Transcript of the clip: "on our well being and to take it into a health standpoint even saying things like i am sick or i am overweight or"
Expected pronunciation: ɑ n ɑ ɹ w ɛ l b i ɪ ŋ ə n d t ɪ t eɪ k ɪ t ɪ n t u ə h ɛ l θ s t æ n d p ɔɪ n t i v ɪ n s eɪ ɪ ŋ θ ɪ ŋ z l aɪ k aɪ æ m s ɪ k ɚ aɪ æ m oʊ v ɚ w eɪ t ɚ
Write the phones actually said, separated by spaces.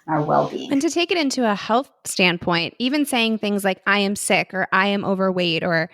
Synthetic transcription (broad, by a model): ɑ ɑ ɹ w ɛ l b i ɪ ŋ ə n t ɪ t eɪ k ɪ t ɪ n t u ə h ɛ l θ s t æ n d p ɔɪ n t i v ɪ n s eɪ ɪ ŋ θ ɪ ŋ z l aɪ k aɪ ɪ m s ɪ k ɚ aɪ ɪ m oʊ v ɚ w eɪ t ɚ